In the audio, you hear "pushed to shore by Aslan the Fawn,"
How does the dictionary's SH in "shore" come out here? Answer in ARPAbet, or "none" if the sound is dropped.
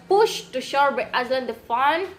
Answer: SH